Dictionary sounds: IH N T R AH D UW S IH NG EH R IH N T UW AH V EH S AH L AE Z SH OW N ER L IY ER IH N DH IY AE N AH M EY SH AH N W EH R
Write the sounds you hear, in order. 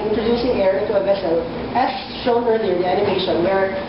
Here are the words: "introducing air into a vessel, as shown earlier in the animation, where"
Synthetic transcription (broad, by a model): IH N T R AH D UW S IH NG EH R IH T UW AH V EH S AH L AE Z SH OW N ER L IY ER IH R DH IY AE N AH M EY SH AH N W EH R